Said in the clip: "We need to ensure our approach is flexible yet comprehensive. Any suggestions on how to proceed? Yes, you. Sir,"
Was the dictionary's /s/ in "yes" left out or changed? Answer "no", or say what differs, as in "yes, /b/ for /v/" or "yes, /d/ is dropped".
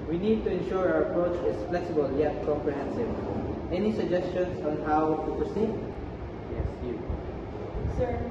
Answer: no